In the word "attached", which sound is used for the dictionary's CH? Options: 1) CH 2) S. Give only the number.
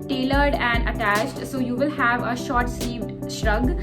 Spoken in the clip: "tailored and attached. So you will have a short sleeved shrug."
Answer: 1